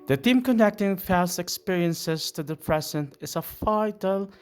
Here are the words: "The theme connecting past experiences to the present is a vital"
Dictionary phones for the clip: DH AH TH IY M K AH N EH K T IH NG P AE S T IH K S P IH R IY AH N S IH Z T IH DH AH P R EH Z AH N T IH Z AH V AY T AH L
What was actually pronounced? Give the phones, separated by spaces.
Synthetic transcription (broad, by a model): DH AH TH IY M K AH N EH K T IH NG F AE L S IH K S P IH R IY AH N S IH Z T IH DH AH P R EH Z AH N T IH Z AH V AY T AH L